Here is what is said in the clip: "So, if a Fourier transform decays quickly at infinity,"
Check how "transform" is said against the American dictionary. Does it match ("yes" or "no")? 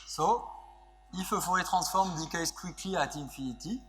no